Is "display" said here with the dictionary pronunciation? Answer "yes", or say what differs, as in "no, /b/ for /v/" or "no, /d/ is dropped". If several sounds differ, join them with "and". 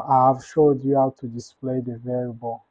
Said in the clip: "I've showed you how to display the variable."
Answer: yes